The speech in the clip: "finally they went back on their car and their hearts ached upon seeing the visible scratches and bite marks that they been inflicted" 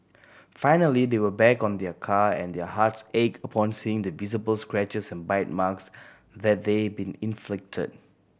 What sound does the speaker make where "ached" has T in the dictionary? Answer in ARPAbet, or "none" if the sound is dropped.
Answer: none